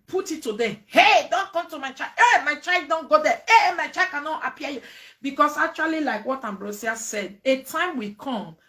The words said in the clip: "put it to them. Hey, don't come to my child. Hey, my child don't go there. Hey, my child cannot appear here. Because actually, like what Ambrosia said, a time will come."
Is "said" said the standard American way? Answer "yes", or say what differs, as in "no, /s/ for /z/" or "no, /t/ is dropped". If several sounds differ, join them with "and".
yes